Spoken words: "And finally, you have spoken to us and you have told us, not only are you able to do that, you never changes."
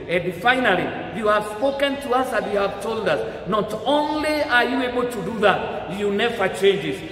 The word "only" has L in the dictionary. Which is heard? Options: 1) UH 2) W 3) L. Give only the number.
3